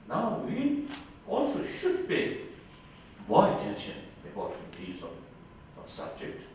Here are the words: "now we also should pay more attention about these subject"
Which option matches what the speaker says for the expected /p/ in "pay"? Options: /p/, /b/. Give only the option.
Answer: /b/